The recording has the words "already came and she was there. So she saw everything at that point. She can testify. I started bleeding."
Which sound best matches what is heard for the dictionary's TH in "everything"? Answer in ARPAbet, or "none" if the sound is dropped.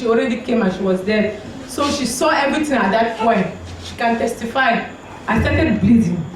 T